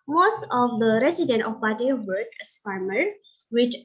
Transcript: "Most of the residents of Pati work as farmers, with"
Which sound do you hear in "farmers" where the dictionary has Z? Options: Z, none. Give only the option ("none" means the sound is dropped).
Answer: none